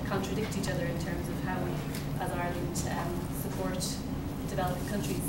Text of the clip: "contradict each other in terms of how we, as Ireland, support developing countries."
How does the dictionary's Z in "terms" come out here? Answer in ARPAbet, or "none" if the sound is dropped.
Z